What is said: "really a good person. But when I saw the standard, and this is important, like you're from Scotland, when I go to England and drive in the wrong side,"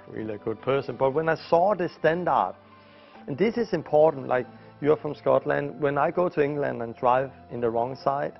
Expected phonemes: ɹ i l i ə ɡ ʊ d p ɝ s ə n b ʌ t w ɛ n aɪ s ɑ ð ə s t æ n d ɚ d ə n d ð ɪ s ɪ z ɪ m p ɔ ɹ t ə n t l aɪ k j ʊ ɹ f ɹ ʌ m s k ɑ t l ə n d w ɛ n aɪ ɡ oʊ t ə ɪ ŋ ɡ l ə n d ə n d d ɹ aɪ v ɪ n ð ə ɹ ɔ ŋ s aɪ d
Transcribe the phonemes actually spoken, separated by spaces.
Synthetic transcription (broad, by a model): ɹ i l i ə ɡ ʊ d p ɝ s ə n b ʌ t w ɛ n aɪ s ɑ ð ə s t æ n d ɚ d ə n ð ɪ s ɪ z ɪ m p ɔ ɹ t n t l aɪ k j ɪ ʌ f ɹ ʌ m s k ɑ t l ə n d w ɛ n aɪ ɡ oʊ t ə ɪ ŋ ɡ l ə n d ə n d d ɹ aɪ v ɪ n ð ə ɹ ɔ ŋ s aɪ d